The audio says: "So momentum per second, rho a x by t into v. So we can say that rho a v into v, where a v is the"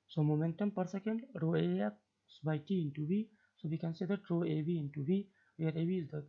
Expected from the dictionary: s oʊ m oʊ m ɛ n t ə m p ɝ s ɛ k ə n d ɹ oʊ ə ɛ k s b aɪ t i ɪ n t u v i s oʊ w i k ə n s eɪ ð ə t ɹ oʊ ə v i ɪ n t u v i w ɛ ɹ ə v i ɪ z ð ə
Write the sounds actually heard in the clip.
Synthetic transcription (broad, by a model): s oʊ m oʊ m ɛ n t ə m p ɝ s ɛ k ə n d ɹ oʊ ə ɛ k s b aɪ t i ɪ n t u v i s oʊ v i k ə n s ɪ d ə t ɹ oʊ ə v i ɪ n t u v i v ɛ ɹ ə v i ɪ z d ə